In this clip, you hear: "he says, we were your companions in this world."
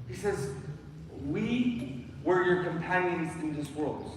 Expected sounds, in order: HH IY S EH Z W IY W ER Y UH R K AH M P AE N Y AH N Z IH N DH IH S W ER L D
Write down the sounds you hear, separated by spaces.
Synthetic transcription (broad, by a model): HH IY S EH Z W IY W ER Y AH R K AH M P AE N Y AH N Z IH N DH IH S W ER L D